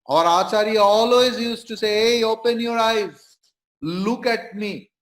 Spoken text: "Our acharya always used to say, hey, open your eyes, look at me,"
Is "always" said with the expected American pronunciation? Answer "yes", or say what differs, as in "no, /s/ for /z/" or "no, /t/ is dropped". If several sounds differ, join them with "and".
yes